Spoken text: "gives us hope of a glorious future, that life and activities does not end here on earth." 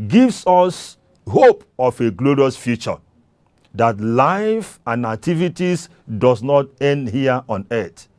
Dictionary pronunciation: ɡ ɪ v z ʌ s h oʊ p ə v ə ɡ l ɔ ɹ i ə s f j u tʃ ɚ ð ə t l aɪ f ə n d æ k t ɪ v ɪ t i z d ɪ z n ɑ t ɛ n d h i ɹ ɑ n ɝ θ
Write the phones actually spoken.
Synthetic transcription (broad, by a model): ɡ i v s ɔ s h oʊ p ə f ə ɡ l ɔ ɹ i ə s f j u tʃ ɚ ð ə t l aɪ f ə n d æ k t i v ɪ t i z d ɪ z n ɑ t ɛ n d h i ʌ ɑ n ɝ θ